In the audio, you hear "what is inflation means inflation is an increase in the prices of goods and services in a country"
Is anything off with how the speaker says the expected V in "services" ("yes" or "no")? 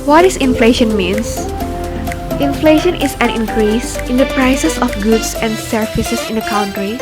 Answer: yes